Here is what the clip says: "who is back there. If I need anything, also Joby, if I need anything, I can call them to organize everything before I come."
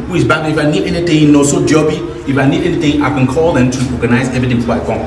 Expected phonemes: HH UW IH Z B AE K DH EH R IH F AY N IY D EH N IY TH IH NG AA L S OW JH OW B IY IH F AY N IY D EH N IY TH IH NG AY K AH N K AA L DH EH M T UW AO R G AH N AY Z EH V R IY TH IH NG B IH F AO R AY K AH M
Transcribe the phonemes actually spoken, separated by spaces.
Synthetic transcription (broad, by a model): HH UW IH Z B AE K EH IH F AY N IY D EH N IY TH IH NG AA S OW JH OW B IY IH F AY N IY D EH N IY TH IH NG AY K AH N K AA L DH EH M T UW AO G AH N AY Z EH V IY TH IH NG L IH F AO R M